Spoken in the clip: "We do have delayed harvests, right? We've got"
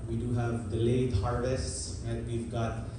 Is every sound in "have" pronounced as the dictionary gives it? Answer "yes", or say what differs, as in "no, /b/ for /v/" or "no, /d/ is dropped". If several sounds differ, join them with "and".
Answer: yes